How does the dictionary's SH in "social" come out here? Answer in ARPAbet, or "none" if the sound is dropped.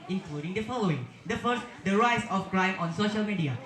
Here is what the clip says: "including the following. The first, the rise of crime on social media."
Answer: SH